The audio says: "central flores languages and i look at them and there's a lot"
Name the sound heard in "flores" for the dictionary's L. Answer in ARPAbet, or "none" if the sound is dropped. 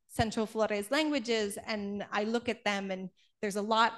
L